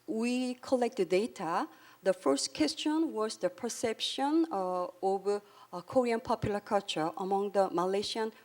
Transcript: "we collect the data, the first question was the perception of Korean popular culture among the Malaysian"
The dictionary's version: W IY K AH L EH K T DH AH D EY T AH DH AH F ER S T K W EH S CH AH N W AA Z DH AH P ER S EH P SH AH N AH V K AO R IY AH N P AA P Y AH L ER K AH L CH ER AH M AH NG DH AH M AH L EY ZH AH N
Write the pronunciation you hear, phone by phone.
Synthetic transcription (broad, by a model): W IY K AH L EH K T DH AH D EY T AH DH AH F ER S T K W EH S CH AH N W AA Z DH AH P ER S EH P SH AH N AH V K AO R IY AH N P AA P Y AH L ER K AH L CH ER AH M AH NG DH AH M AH L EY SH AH N